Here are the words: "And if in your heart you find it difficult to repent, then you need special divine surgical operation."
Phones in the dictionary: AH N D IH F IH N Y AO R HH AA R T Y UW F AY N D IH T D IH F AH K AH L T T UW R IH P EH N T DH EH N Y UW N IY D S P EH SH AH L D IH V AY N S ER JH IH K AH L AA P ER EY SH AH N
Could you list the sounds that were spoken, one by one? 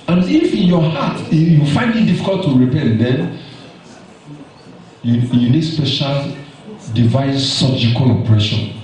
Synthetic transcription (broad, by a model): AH N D IH F IH N Y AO HH AA T Y UW F AY N D IH T D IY F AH K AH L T T UW R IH P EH N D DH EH N Y UW N IY D S P EH SH AH L D IH V AY N S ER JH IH K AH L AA P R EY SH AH N